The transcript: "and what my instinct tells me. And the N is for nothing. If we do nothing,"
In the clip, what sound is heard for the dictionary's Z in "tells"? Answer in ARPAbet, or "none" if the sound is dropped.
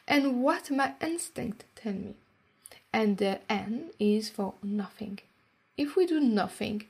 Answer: none